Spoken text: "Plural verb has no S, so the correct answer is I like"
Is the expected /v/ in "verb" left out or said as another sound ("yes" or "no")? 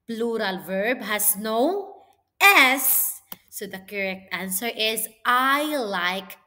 no